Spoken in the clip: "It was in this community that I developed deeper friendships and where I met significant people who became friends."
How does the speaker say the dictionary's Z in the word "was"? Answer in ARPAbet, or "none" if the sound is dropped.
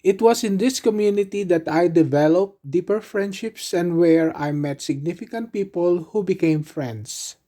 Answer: S